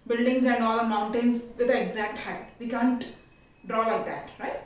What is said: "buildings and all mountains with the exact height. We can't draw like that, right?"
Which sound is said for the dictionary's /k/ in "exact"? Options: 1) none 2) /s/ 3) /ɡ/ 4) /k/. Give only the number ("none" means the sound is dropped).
4